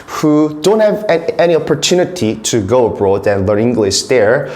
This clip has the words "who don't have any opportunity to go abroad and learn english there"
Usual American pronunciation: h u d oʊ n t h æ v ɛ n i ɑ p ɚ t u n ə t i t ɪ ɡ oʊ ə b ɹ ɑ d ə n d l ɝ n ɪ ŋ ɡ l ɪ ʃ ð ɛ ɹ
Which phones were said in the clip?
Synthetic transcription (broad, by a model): h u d oʊ n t h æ v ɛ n i ɑ p ɚ t u n ə t i t ɪ ɡ oʊ ə b ɹ ɑ d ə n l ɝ ɪ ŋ ɡ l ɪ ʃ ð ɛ ɹ